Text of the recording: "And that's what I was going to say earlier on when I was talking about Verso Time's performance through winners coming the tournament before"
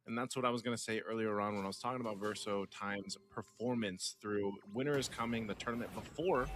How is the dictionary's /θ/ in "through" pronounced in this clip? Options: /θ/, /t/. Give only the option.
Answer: /θ/